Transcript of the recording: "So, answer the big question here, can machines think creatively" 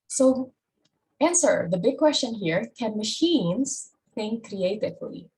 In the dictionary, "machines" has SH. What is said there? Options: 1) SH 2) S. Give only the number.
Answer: 1